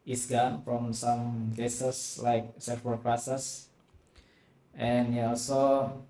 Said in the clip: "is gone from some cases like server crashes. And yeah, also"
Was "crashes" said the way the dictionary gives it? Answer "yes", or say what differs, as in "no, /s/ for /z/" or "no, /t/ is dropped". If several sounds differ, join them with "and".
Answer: no, /s/ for /ʃ/ and /s/ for /z/